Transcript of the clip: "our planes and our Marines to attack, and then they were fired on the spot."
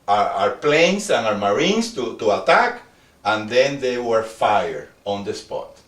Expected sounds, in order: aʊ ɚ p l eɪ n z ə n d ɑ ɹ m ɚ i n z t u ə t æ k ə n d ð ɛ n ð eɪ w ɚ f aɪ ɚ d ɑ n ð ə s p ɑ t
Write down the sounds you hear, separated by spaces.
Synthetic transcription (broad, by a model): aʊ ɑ p l eɪ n s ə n ɑ ɹ m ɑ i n s t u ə t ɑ k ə n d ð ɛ n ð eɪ w ɚ f aɪ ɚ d ɑ n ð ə s p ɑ t